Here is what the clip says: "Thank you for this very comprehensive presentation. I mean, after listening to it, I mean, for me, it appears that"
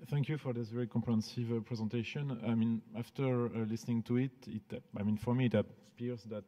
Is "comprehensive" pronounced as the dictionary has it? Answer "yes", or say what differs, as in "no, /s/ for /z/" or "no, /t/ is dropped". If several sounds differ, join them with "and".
no, /m/ is dropped